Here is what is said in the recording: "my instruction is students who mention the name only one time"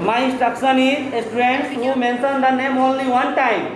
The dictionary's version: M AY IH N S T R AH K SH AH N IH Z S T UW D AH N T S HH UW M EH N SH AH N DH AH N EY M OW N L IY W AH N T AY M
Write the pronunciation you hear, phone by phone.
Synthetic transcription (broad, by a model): M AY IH S T AH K S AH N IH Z S T UW D AH N T S HH UW M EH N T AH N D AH N EY M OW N L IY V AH N T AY M